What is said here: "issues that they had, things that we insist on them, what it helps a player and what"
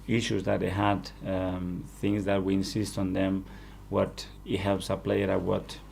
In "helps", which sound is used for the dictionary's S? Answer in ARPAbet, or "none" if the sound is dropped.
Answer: S